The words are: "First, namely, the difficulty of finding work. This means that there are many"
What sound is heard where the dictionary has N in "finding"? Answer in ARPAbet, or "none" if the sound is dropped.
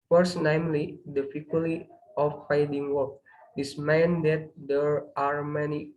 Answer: none